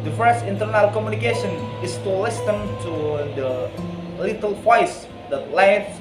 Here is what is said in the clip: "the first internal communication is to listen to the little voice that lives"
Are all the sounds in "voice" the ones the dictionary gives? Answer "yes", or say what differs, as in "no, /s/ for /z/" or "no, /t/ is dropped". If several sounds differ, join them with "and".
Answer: no, /p/ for /v/